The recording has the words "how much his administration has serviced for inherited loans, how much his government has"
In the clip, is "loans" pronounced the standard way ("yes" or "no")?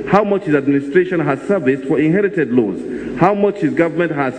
no